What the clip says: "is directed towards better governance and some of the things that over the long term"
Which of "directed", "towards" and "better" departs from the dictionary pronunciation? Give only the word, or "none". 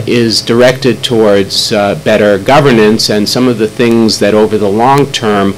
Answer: none